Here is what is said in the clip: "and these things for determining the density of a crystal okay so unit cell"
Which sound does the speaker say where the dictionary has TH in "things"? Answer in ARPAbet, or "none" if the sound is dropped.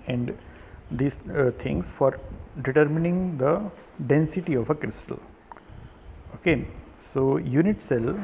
T